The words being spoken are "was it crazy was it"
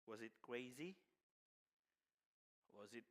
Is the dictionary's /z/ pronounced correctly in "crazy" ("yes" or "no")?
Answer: yes